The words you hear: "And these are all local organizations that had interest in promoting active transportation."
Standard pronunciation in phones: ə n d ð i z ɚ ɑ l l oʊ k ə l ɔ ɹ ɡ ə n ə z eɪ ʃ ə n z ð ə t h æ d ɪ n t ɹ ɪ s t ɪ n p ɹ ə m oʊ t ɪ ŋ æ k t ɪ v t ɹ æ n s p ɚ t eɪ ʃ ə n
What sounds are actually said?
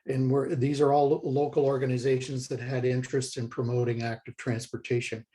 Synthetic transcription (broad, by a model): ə n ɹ ð i z ɚ ɑ l l oʊ k l ɔ ɹ ɡ ə n ə z eɪ ʃ ə n z ð ə t h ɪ d ɪ n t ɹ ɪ s t ɪ n p ɹ ə m oʊ t ɪ ŋ æ k t ɪ v t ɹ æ n s p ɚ t eɪ ʃ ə n